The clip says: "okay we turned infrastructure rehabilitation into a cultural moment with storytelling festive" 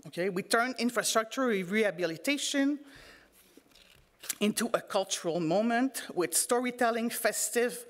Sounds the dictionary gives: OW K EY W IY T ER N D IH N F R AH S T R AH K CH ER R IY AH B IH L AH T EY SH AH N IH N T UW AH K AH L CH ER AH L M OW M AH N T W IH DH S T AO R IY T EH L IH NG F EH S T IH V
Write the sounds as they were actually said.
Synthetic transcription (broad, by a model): OW K EY W IY T ER N IH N F R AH S T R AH K CH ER R IY AH B IH L AH T EY SH AH N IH N T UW AH K AH L CH ER AH L M OW M AH N T W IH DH S T AO R IY T EH L IH NG F EH S T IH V